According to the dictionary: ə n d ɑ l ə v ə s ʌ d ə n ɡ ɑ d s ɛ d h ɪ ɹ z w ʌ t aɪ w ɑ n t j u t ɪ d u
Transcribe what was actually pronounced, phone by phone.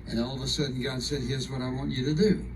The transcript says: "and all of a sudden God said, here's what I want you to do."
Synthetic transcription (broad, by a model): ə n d ɑ l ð ə s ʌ d n ɡ ɑ d s ɛ d h ɪ ɹ z w ʌ t aɪ w ɑ n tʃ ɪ t ɪ d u